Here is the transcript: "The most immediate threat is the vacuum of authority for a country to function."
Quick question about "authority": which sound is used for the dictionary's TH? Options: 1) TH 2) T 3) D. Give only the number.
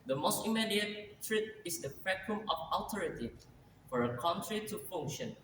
2